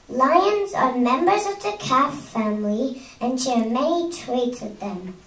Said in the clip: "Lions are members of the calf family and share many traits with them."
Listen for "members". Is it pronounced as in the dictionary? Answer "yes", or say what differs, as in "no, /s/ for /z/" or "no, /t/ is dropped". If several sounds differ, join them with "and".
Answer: yes